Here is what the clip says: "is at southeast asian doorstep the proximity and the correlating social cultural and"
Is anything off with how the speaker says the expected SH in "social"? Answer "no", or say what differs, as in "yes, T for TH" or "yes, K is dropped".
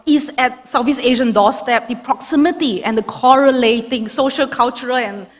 no